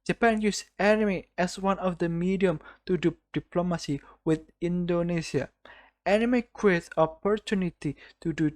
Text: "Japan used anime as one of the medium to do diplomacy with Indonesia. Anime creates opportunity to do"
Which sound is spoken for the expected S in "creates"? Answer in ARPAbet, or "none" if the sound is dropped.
none